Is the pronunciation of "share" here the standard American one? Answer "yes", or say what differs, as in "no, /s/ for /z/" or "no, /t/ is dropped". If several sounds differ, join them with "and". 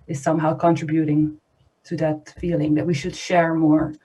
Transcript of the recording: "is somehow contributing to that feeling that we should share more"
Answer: yes